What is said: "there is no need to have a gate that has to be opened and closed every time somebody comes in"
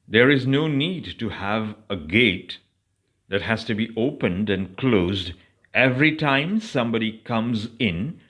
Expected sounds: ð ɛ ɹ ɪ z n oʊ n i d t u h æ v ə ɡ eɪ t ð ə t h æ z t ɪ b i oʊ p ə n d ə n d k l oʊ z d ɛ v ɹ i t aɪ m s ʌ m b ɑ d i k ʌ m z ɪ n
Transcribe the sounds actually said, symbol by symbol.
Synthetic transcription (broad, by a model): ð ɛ ɹ ɪ z n oʊ n i d t u h æ v ə ɡ eɪ t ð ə t h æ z t ɪ b i oʊ p ə n d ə n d k l oʊ z d ɛ v ɹ i t aɪ m s ʌ m b ɑ d i k ʌ m z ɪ n